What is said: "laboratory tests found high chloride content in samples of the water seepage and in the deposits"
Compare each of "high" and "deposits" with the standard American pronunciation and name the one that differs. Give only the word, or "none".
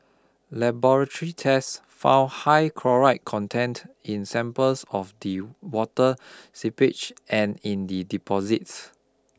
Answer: none